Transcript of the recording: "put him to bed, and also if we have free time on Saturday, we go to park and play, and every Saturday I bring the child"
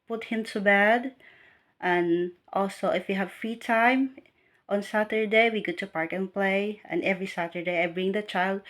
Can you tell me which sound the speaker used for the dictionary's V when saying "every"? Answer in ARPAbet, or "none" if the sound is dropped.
V